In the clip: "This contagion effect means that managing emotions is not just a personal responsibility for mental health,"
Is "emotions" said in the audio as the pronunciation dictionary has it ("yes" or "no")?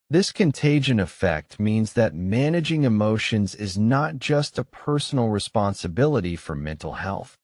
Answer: yes